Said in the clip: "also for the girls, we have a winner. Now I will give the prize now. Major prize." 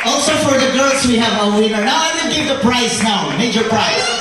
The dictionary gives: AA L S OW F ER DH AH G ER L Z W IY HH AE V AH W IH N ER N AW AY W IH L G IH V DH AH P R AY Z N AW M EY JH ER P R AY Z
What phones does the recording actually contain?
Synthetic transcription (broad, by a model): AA L S OW F ER DH AH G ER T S W IY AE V AH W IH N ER N AW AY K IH N G IH V DH AH P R AY S N AW M EY JH ER P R AY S